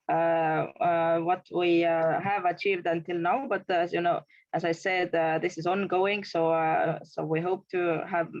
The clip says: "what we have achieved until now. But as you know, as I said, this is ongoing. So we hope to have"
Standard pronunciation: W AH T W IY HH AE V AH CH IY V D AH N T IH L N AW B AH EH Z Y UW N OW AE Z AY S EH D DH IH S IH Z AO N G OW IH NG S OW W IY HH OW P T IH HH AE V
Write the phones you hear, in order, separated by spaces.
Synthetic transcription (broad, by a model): W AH T W IY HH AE V AH CH IY V D AH N T IH L N AW B AH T Y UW N OW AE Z AY S EH D DH IH S IH Z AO N G OW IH NG S OW W IY HH OW P T IH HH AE V